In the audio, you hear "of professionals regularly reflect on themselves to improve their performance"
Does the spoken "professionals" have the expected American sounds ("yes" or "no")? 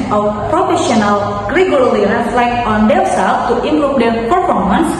no